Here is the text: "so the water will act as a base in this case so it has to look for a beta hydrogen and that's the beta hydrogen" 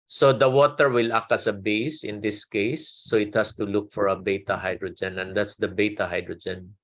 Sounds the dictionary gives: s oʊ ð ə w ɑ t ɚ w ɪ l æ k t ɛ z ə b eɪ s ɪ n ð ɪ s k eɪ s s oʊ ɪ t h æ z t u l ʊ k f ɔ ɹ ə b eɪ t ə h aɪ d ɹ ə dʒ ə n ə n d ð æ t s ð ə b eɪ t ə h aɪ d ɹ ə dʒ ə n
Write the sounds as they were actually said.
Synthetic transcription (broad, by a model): s oʊ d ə w ɑ t ɚ w ɪ l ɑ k ʌ s ə b eɪ s ɪ n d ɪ s k eɪ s s oʊ ɪ t h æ s t u l ʊ k f ɔ ɹ ə b eɪ t ə h aɪ d ɹ ə dʒ ə n ə n d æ t s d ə b eɪ t ə h aɪ d ɹ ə dʒ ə n